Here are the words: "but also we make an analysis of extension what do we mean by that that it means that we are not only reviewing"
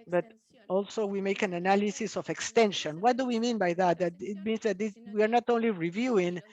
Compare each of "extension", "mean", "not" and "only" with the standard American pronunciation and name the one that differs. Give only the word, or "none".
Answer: none